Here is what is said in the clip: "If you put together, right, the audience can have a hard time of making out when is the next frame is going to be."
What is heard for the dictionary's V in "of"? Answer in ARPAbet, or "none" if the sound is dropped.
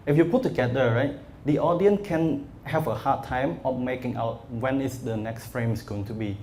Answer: F